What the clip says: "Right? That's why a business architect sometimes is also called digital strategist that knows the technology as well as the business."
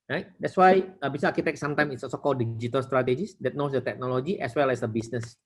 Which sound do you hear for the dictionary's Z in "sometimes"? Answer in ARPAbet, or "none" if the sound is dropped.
none